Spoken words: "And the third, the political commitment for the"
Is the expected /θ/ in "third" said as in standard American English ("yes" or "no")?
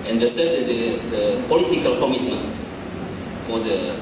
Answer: no